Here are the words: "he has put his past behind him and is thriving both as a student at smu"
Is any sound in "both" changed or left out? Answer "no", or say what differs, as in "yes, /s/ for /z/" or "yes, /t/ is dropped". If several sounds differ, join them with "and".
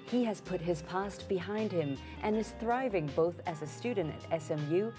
no